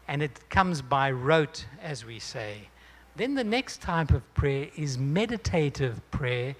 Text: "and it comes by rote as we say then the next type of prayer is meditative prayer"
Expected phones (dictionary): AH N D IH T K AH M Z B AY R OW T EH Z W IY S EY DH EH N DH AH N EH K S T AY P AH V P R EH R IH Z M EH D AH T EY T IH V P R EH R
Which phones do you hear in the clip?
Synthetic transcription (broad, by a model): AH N IH T K AH M Z B AY R OW T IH Z W IY S EY DH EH N DH AH N EH K S T AY P AH V P R EH R IH Z M EH D AH T EY T IH V P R EH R